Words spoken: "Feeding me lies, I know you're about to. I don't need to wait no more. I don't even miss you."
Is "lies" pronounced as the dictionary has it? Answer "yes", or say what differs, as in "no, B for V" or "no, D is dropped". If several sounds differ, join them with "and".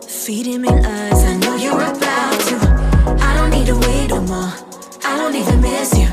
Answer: no, N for L